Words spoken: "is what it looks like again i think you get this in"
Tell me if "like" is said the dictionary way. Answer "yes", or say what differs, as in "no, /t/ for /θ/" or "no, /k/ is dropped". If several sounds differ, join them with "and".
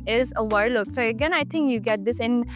no, /k/ is dropped